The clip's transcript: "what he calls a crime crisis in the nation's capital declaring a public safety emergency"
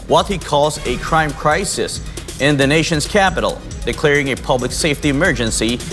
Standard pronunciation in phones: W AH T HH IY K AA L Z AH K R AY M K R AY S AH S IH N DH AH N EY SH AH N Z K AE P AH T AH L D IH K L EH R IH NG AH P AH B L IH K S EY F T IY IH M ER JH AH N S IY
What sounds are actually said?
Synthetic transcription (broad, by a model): W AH T HH IY K AA L Z AH K R AY M K R AY S AH S IH N DH AH N EY SH AH N Z K AE P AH T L D IH K L EH R IH NG AH P AH B L IH K S EY F T IY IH M ER JH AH N S IY